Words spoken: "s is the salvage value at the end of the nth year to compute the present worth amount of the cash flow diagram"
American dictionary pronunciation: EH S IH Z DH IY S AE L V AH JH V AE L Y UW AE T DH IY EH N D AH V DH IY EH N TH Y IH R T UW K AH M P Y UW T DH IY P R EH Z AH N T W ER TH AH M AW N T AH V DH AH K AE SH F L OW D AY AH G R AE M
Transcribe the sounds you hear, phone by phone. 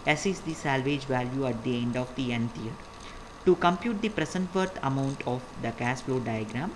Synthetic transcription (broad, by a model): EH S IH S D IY S AE L V AH JH V AE L Y UW AE T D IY EH N D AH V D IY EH N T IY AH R T UW K AH M P Y UW T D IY P R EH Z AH N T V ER T AH M AW N T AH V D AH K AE S F L OW D AY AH G R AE M